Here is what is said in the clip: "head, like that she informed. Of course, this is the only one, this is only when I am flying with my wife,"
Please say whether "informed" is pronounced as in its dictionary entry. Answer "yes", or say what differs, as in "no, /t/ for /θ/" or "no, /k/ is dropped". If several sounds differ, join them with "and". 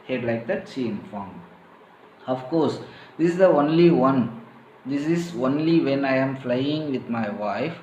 no, /d/ is dropped